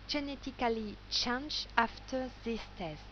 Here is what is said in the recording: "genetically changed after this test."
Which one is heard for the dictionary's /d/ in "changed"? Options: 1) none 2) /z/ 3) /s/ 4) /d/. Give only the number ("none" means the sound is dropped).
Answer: 1